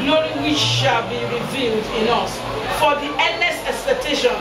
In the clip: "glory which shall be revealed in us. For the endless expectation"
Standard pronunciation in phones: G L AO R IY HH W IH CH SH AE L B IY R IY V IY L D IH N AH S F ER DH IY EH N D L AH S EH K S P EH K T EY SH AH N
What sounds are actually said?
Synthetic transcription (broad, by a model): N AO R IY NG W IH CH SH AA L B IY R IY V IY L D IH N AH S F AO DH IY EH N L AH S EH K S P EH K T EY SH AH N